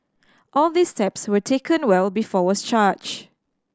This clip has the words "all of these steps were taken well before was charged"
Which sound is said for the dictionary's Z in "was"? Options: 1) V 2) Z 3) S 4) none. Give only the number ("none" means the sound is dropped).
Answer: 3